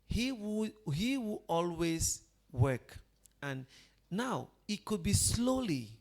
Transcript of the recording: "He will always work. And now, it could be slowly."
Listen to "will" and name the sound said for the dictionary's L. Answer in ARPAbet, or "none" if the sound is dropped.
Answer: W